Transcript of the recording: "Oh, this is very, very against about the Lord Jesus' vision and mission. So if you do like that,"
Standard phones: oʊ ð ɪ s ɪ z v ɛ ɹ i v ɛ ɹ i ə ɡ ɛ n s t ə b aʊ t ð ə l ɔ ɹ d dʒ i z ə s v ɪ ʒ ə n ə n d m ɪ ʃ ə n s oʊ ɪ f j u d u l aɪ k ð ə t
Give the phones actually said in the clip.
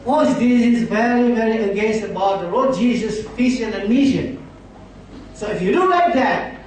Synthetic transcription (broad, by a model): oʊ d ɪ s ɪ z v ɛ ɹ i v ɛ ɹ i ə ɡ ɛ n s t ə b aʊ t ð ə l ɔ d dʒ i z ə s f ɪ s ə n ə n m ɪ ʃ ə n s oʊ ɪ f j u d u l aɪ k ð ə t